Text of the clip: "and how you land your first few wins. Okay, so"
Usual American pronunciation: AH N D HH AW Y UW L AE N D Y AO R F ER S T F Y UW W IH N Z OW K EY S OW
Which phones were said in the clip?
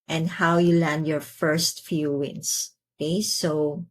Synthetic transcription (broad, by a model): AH N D HH AW Y UW L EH N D Y AO R F ER S T F Y UW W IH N S OW K EY S OW